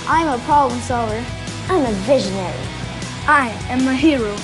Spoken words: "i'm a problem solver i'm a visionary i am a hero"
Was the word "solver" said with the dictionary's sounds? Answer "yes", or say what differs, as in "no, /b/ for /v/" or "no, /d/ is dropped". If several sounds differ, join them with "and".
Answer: no, /v/ is dropped